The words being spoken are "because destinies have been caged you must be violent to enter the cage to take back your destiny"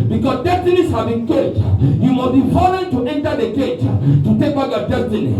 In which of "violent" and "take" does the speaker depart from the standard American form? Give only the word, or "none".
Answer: violent